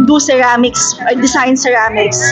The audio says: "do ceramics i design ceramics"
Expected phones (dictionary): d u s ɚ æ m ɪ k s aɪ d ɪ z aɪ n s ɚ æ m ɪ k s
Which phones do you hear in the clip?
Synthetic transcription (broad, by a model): d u s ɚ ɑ m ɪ k s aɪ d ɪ s aɪ n s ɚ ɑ m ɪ k s